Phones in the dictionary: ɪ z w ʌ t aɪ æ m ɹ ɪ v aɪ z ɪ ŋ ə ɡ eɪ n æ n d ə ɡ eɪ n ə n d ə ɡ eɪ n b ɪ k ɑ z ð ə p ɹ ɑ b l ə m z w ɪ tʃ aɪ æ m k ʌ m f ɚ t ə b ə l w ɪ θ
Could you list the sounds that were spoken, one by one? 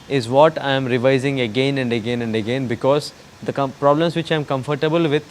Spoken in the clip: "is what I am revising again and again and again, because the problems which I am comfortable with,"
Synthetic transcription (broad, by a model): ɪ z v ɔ t aɪ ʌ m ɹ ɪ v aɪ z ɪ ŋ ə ɡ eɪ n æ n d ə ɡ eɪ n ə n d ə ɡ eɪ n b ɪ k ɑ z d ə p ɹ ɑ b l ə m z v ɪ tʃ aɪ m k ʌ m f ɚ t ə b ə l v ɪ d